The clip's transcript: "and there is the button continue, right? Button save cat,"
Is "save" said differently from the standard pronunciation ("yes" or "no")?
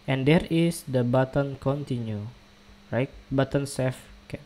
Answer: yes